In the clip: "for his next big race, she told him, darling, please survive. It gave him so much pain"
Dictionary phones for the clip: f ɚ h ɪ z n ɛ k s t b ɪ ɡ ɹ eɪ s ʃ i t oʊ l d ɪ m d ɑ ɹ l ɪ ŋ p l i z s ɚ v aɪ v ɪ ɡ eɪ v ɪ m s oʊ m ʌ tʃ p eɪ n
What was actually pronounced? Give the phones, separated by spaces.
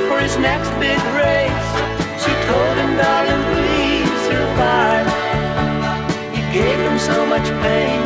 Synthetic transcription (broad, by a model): f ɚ ɪ z n ɛ k s t b ɪ ɡ ɹ eɪ s ʃ i t oʊ l d ɪ m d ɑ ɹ ɪ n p l i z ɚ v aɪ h ɪ ɡ eɪ v ɪ m s oʊ m ʌ tʃ p eɪ n